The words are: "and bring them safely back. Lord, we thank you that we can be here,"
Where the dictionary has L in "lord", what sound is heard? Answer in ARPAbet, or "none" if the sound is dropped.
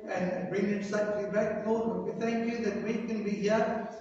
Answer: N